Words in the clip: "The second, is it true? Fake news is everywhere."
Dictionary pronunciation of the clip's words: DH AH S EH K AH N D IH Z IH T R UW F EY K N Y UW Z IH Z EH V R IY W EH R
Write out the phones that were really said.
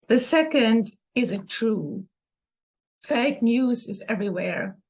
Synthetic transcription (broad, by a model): DH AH S EH K AH N D IH Z IH T R UW F EY K N Y UW Z IH Z EH V R IY W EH R